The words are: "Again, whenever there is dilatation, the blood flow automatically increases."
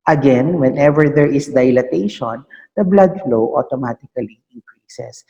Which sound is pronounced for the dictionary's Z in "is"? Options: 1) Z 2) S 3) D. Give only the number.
2